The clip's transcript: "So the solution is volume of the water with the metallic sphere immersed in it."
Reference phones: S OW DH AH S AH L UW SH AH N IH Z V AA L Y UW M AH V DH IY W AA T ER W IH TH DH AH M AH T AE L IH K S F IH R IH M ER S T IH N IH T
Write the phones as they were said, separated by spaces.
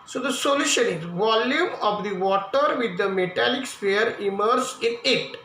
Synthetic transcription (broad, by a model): S OW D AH S AH L UW SH AH N IH Z V AA L Y UW M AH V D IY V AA T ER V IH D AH M AH T AE L IH K S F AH R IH M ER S IH N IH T